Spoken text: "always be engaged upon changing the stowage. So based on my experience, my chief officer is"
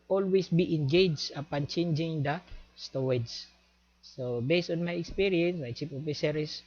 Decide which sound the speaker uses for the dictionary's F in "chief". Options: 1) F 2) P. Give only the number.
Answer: 2